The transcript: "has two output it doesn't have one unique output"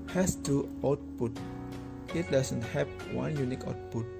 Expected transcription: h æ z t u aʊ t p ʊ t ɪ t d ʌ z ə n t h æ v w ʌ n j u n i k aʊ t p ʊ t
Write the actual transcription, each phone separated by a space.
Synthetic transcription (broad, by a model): h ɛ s t u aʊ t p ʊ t ɪ t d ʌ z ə n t h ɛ p w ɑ n j u n i k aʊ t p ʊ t